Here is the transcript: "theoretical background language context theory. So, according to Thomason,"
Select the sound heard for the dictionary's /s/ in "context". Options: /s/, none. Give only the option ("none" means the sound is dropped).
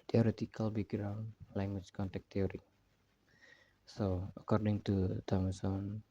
none